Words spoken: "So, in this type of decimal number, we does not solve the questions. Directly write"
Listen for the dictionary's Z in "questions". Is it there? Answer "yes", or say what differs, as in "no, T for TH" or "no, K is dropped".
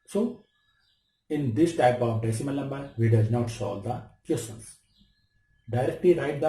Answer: no, S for Z